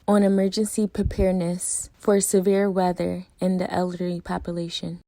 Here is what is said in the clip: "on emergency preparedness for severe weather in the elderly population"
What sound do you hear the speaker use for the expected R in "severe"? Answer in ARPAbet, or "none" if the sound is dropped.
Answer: R